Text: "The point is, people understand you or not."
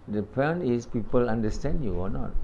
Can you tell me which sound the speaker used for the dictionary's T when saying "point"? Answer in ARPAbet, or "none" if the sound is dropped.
none